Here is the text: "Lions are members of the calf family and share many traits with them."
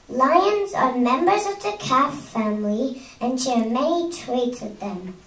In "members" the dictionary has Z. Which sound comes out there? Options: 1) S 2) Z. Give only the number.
2